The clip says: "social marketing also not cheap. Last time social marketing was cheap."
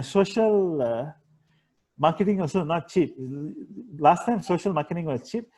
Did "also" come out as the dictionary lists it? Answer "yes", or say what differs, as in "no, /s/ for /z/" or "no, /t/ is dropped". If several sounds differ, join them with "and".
no, /l/ is dropped